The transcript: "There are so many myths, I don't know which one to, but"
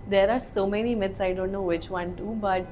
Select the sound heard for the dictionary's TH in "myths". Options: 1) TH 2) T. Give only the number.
2